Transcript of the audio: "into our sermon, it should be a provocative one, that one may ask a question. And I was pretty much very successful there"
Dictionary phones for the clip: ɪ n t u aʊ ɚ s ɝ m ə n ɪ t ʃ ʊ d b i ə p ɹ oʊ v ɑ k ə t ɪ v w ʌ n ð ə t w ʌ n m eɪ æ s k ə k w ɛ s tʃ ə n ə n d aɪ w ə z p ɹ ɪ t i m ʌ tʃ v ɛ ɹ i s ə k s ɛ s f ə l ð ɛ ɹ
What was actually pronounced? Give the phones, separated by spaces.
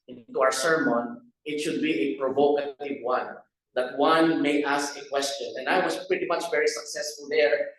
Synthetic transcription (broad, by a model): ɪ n t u aʊ ɚ s ɝ m ə n ɪ t ʃ ʊ d b i ə p ɹ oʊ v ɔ k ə t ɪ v w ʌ n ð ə t w ʌ n m eɪ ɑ s k ə k w ɛ s tʃ ə n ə n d aɪ w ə s p ɹ ɪ t i m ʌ tʃ v ɛ ɹ i s ə k s ɛ s f ə l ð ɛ ɹ